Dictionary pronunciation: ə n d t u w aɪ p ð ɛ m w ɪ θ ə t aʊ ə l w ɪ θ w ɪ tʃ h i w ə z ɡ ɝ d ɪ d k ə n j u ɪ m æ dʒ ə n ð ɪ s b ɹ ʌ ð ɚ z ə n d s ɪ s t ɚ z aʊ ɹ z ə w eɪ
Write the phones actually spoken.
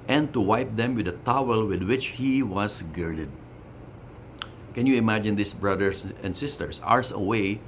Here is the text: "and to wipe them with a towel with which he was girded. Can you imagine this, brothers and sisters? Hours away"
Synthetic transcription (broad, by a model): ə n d t u w aɪ p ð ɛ m w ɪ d ə t aʊ ə l w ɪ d w ɪ tʃ h i w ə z ɡ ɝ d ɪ d k ə n j u ɪ m æ dʒ ə n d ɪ s b ɹ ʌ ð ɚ s ə n d s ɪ s t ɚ s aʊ ɹ s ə w eɪ